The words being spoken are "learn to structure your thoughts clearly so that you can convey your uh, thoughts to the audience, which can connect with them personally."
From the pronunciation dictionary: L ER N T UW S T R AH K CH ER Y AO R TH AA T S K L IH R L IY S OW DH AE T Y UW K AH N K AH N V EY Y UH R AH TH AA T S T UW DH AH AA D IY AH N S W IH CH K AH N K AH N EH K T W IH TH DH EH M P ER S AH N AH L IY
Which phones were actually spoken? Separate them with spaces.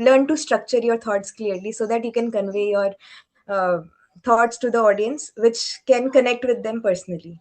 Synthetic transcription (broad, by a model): L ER N T UW S T R AH K CH ER Y AO R T AA T S K L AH R L IY S OW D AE T Y UW K AH N K AH N V EY Y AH R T AA T S T UW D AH AA D IY AH N S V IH CH K AH N K AH N EH K T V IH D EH M P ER S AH N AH L IY